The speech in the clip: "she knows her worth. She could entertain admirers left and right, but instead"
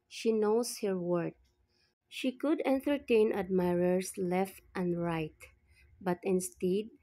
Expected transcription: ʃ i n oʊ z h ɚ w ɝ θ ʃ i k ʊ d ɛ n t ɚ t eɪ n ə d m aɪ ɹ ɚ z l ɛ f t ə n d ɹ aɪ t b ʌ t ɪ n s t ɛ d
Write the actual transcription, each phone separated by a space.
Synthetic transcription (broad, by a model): ʃ i n oʊ s h ɚ w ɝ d ʃ i k ʊ d ɛ n t ɚ t eɪ n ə d m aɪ ɹ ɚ s l ɛ f t ə n d ɹ aɪ t b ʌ t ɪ n s t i d